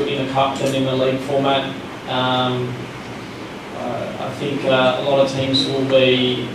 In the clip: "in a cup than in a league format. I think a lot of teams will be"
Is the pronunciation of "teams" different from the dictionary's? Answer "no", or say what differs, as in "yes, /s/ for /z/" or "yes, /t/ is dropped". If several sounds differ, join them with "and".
no